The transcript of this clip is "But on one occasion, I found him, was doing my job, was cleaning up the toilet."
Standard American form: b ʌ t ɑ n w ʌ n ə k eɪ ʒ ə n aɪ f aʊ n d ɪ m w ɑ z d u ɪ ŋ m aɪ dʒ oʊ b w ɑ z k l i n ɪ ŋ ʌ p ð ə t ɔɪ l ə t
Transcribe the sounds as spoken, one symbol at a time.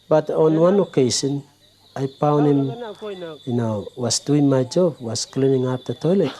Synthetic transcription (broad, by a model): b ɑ t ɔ n w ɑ n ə k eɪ s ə n aɪ p aʊ n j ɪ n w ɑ s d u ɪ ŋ m aɪ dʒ oʊ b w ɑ s k l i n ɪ ŋ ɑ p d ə t ɔɪ l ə t